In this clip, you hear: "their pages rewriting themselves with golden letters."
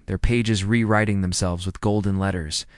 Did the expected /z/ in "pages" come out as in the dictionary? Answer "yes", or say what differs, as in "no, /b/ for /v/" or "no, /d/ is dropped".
yes